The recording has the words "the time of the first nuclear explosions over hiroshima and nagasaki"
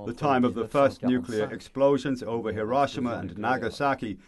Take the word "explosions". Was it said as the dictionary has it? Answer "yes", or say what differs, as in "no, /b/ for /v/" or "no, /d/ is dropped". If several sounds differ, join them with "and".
yes